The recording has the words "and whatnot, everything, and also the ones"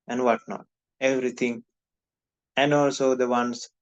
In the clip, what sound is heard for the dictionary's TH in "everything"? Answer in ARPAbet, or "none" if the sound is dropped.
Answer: T